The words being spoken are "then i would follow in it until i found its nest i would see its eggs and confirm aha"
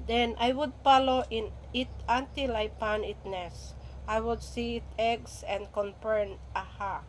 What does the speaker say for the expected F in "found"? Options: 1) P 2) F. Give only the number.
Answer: 1